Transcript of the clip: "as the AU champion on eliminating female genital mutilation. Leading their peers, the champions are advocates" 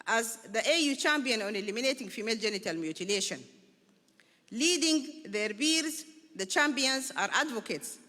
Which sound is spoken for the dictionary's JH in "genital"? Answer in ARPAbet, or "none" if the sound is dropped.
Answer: JH